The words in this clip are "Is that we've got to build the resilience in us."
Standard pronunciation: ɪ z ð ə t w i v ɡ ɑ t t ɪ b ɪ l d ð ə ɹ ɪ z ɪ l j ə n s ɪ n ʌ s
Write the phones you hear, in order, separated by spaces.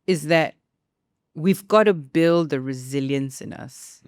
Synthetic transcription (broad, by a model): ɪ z ð ə t w i v ɡ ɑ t t ɪ b ɪ l d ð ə ɹ ɪ z ɪ l j ə n s ɪ n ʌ s